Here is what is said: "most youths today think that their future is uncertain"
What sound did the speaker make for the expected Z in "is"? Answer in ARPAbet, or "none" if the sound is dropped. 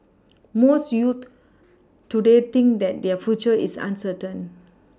S